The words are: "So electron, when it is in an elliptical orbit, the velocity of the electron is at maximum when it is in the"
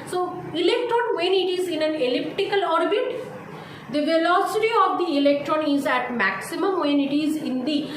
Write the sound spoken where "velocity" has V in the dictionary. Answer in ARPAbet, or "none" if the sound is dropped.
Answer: V